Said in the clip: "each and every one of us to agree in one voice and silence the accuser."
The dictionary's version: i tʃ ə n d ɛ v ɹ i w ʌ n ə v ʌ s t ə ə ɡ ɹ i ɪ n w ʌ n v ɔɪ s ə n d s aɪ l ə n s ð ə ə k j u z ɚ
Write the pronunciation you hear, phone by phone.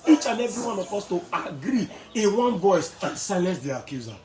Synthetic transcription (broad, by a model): i tʃ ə n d ɛ v ɹ i w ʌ n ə p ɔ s t ə ə ɡ ɹ i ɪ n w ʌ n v ɔɪ s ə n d s aɪ l ə n s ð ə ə k j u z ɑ